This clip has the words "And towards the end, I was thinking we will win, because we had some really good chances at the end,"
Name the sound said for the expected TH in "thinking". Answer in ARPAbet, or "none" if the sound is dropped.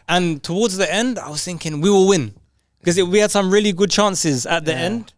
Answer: TH